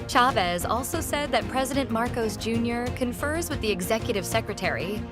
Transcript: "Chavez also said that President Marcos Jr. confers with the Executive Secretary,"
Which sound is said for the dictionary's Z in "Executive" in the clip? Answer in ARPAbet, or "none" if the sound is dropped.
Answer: Z